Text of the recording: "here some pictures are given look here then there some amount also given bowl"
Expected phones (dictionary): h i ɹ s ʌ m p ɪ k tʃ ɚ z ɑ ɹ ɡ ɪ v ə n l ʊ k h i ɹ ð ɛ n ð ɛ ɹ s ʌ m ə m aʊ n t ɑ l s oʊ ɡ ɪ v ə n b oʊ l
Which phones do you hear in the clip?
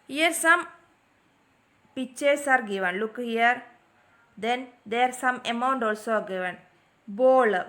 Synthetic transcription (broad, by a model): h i ɹ s ʌ m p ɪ tʃ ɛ s ɑ ɹ ɡ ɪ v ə n l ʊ k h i ɹ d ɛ n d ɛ ɹ s ʌ m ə m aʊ n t ɑ l s oʊ ɡ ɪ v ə n b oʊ l